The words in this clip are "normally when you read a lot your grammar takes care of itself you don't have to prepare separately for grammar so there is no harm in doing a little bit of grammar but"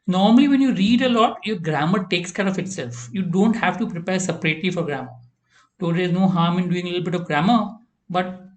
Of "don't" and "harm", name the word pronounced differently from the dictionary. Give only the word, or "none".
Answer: none